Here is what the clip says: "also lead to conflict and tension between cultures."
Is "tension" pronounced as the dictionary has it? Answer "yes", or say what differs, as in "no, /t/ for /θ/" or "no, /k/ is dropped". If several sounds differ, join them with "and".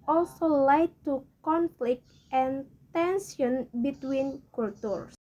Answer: no, /s/ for /ʃ/